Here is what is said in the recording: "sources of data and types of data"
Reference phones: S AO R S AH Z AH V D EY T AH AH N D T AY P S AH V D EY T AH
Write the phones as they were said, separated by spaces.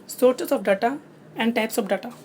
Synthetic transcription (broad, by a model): S AO R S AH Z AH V D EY T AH AH N D T AY P S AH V D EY T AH